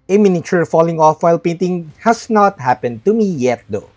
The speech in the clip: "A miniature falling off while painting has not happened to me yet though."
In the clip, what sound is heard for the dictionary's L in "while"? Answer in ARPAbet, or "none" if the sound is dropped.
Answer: L